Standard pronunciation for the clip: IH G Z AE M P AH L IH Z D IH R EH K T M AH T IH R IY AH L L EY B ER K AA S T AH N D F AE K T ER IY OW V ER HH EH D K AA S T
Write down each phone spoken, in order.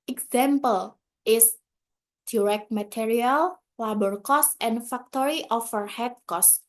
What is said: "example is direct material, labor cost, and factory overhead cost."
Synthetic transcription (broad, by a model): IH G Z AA M P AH L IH S D IH R EH K T M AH T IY R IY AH L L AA B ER K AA S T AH N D F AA K T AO IY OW F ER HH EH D K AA S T